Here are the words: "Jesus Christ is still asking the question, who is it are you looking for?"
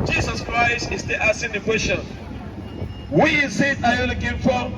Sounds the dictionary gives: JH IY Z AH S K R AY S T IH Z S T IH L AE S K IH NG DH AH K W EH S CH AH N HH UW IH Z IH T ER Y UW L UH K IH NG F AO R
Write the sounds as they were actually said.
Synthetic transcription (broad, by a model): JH IY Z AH S K R AY S T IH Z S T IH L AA S IH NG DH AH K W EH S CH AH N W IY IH S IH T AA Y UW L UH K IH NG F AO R